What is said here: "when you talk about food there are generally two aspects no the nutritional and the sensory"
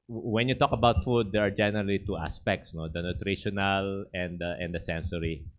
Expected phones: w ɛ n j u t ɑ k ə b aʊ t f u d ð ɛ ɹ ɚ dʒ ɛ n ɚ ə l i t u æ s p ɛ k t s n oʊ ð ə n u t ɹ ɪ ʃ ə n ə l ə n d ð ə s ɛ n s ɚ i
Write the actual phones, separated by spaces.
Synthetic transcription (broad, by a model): w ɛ n j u t ɑ k ə b aʊ t f u d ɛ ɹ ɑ dʒ ɛ n ɚ ə l i t u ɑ s p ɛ k t s n oʊ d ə n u t ɹ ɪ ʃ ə n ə l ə n d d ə s ɛ n s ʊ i